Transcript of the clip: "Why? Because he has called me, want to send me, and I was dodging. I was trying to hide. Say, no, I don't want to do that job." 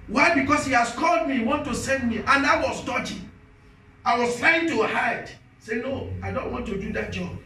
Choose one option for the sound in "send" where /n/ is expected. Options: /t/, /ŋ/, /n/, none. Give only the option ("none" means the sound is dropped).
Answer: /n/